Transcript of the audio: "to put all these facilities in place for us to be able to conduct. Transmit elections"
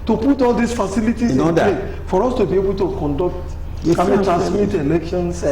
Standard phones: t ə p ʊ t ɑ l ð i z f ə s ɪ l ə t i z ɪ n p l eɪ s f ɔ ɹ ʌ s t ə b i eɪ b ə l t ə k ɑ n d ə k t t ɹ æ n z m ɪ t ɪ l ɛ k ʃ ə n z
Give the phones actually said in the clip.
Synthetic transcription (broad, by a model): t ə p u t ɑ l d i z f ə s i l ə t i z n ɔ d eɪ f ɔ ɹ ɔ s t ə b i eɪ b ə l t ə k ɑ n d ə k t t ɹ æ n s m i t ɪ l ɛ k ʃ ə n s